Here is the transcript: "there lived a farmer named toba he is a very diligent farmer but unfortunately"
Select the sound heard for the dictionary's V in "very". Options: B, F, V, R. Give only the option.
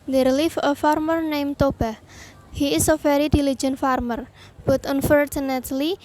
F